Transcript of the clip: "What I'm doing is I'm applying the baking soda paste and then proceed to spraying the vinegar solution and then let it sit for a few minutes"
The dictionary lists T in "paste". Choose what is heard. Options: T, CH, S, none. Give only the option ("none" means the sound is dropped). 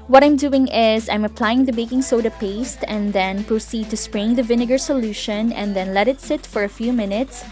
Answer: T